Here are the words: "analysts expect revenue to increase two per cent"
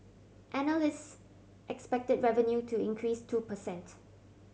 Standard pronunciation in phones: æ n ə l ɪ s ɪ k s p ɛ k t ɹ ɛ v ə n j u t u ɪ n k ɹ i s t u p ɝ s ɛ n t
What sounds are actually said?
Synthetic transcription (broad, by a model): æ n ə l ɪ s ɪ k s p ɛ k t ɹ ɛ v ə n j u t u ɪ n k ɹ i s t u p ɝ s ɛ n t